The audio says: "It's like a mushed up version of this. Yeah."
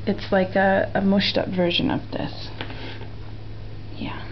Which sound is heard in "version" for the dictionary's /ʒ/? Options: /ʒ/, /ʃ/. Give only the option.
/ʒ/